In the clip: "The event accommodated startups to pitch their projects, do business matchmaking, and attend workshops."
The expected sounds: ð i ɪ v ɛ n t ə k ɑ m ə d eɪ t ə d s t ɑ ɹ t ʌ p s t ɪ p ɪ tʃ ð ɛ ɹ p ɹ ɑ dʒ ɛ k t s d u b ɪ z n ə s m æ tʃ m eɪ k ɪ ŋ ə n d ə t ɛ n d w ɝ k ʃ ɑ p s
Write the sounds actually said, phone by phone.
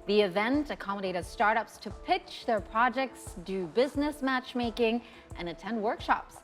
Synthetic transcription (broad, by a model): ð i ɪ v ɛ n t ə k ɑ m ə d eɪ t ə d s t ɑ ɹ t ʌ p s t ɪ p ɪ tʃ ð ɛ ɹ p ɹ ɑ dʒ ɛ k t s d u b ɪ z n ə s m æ tʃ m eɪ k ɪ ŋ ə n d ə t ɛ n d w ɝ k ʃ ɑ p s